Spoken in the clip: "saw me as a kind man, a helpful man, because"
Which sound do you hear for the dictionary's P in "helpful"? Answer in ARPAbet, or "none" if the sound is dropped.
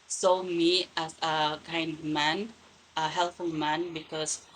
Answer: none